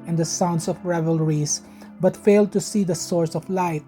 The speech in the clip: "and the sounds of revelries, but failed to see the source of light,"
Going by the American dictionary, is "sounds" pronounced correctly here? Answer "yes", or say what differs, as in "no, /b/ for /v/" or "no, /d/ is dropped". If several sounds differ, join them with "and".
no, /s/ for /z/